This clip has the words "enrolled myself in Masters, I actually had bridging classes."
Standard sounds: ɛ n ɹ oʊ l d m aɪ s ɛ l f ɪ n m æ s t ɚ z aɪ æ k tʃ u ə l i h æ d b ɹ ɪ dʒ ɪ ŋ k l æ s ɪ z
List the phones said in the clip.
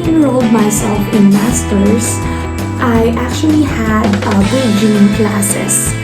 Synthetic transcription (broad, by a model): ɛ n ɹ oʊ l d m aɪ s ɛ l f ɪ n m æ s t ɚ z aɪ æ k tʃ u ə l i h æ d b ɪ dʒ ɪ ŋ k l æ s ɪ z